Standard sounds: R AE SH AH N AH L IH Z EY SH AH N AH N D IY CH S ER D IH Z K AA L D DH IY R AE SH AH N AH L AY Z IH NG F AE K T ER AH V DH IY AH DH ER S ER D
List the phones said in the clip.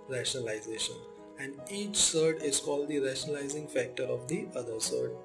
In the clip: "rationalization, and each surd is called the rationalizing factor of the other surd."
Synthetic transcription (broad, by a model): R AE SH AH N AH L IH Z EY SH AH N AH N D IY CH S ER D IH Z K AA L D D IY R AE SH AH N AH L AY Z IH NG F AE K T ER AH V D IY AH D ER S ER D